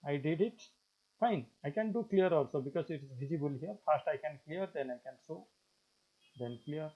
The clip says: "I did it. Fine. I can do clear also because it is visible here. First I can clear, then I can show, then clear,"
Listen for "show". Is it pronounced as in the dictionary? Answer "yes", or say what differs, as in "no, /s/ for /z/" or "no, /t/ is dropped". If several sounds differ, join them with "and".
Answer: no, /s/ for /ʃ/